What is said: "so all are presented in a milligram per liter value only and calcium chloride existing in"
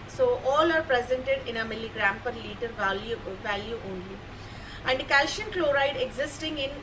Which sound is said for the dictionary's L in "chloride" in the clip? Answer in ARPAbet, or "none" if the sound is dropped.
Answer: L